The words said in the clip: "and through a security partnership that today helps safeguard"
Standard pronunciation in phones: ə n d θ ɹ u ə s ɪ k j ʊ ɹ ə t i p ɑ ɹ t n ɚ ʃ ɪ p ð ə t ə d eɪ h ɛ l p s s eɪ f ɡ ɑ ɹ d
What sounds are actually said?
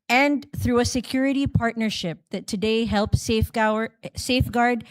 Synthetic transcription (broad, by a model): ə n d θ ɹ u ə s ɪ k j ʊ ɹ ə t i p ɑ ɹ t n ɚ ʃ ɪ p ð ə t ə d eɪ h ɛ l p s s eɪ f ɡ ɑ ɹ d